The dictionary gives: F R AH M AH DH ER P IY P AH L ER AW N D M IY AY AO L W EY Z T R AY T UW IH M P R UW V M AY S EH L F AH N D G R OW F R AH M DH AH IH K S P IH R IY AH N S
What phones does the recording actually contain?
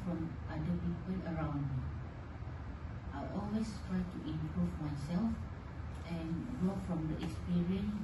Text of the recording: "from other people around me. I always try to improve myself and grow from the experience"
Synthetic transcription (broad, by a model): F R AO M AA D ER P IY P AH L ER AW N D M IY AY AO L W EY S T R AY T UW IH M P R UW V M AY S EH L F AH N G OW F R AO M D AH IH K S P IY R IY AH N S